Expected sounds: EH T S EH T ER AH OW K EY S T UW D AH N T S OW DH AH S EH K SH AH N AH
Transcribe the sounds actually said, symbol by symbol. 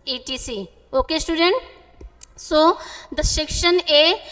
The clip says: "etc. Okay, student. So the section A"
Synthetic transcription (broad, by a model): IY T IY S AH OW K EY S T UW D AH N T S OW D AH SH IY K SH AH N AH